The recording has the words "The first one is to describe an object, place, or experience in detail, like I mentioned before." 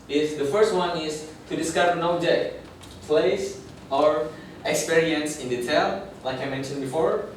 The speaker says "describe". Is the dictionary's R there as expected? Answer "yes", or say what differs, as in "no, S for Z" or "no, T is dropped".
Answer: no, R is dropped